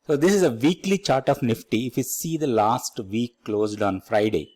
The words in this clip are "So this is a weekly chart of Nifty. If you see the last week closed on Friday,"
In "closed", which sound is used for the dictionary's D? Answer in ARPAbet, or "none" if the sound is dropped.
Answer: D